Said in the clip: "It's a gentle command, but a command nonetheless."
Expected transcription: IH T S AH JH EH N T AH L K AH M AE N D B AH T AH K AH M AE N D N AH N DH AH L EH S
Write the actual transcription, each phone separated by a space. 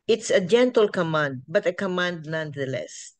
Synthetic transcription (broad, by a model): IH T S AH JH EH N T AH L K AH M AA N D B AH T AH K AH M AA N D N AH N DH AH L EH S